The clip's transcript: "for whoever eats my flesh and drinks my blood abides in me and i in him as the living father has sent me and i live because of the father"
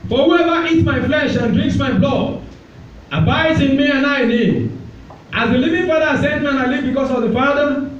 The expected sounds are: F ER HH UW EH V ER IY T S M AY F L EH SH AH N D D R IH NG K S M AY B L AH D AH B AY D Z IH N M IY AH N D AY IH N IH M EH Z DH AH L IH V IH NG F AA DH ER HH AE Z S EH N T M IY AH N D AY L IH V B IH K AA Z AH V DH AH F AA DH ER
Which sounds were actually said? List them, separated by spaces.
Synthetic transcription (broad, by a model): F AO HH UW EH V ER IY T M AY F L EH SH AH N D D R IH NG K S M AY B L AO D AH B AY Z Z IH N M IY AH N AY IH N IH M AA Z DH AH L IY V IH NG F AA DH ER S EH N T M IY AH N AY L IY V B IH K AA S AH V DH AH F AA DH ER